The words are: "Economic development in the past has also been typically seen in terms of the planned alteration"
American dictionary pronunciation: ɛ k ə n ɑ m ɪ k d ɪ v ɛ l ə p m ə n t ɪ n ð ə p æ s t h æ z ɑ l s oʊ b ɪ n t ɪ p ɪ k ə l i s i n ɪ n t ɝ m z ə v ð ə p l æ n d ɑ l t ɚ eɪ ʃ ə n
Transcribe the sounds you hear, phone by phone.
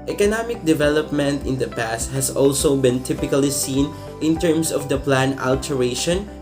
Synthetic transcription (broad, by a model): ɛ k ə n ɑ m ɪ k d ɪ v ɛ l ə p m ə n t ɪ n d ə p æ s t h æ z ɑ l s oʊ b ɪ n t ɪ p ɪ k ə l i s i n ɪ n t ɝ m s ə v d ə p l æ n ɑ l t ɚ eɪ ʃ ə n